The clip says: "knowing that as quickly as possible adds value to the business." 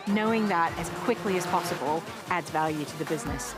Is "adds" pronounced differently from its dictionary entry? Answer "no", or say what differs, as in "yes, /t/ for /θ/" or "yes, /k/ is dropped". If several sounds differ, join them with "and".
no